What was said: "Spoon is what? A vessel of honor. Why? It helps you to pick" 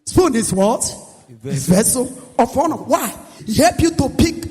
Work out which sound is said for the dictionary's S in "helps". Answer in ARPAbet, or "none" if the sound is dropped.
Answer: none